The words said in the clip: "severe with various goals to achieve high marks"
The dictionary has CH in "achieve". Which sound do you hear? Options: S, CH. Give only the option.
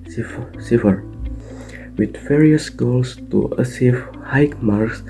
S